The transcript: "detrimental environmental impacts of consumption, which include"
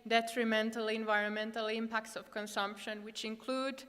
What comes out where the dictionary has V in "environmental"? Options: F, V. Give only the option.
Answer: V